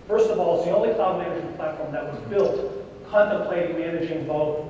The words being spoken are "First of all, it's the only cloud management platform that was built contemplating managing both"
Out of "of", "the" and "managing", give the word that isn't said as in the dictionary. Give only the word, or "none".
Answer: none